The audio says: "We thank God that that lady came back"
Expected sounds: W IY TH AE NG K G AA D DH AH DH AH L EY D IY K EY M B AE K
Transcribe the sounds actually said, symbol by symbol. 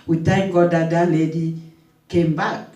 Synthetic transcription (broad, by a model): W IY T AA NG G AA D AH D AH L EY D IY K EY M B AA K